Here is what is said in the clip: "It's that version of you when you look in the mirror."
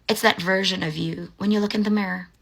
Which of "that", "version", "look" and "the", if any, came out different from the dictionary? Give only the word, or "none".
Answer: none